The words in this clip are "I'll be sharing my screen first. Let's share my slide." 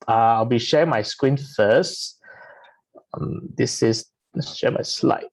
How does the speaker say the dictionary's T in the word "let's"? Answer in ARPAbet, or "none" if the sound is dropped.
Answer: S